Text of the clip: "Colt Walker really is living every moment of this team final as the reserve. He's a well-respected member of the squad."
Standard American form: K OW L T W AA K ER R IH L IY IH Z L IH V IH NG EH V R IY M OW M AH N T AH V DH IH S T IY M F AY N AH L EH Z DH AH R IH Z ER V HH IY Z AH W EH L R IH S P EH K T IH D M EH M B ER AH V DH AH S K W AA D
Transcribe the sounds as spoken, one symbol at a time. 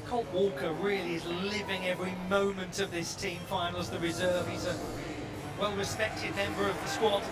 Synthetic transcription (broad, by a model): K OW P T W AA K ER R IH L IY IH Z L IH V IH NG EH V R IY M OW M AH N T AH V DH IH S T IY M F AY N L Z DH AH R IH Z ER V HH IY Z AH W EH L R IH S P EH K T IH D M EH M B ER AH V DH AH S K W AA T